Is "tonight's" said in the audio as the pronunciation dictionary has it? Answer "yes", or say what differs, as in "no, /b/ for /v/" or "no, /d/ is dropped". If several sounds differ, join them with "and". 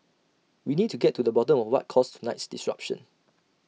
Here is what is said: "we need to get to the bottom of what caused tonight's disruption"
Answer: yes